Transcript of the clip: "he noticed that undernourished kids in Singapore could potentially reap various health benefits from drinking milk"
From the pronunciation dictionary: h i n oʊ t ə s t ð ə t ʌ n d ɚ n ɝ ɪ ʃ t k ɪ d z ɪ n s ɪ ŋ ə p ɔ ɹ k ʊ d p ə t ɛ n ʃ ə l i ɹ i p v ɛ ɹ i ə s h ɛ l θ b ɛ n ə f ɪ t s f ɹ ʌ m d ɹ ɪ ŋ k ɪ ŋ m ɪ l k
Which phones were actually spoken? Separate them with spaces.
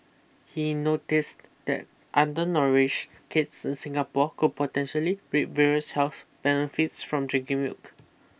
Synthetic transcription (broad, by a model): h i n oʊ t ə s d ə t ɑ n d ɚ n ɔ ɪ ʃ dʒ k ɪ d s ɪ n s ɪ ŋ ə p ɔ k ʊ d p ə t ɛ n ʃ ə l i ɹ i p v ɛ ɹ i ə s h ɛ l s b ɛ n ə f ɪ t s f ɹ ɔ m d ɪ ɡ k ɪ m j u k